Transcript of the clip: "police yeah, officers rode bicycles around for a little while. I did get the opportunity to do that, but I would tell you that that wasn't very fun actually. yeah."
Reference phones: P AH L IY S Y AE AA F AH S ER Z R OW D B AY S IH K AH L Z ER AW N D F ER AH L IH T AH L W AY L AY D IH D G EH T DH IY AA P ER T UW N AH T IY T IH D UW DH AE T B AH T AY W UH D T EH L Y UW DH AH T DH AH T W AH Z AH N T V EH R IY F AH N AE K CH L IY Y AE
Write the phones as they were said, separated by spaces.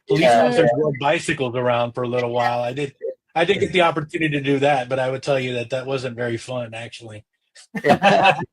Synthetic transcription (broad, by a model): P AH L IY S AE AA AH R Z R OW B AY S IH K L Z ER AW N D F ER AH L IH T L W AY L AY D IH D G EH T DH IY AA P ER T UW N AH T IY T IH D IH DH AE T B AH T AY W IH D T EH L Y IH DH AH T DH AH T W AH Z AH N T V EH R IY F AH N AE K CH IY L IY